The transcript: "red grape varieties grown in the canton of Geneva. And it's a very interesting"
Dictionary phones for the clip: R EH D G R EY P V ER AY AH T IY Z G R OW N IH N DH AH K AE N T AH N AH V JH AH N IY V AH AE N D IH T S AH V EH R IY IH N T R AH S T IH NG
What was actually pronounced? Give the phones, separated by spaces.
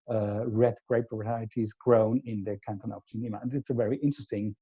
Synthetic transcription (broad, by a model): R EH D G R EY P B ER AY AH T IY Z G R OW N IH N DH AH K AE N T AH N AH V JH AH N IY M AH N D IH T S AH V EH R IY IH N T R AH S T IH NG